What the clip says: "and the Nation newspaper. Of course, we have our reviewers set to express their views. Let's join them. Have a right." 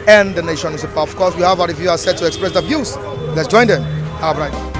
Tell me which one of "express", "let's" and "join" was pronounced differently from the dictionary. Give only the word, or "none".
none